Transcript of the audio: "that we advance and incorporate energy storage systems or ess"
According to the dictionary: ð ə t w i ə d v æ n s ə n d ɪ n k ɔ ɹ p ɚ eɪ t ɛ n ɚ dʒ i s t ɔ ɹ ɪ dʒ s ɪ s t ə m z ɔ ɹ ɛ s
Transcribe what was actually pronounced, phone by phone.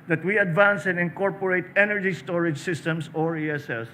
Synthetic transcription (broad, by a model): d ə t w i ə d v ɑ n s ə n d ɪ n k ɔ ɹ p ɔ eɪ t ɛ n ɚ dʒ i s t ɔ ɹ ɪ dʒ s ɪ s t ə m s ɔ ɹ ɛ s